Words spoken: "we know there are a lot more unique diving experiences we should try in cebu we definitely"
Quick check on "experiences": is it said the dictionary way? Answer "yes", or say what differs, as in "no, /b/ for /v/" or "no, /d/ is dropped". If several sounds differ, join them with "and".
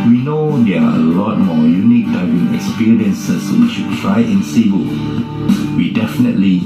no, /s/ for /z/